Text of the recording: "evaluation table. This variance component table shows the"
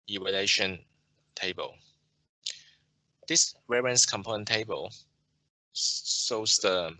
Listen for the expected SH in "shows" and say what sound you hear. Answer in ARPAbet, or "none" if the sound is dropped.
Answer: S